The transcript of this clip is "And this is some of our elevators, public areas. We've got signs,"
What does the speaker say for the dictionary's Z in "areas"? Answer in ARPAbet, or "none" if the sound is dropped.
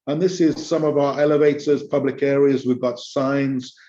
Z